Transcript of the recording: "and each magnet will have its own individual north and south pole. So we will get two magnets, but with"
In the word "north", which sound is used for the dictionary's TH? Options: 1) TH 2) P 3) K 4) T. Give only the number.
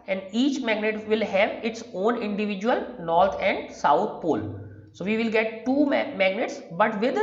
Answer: 4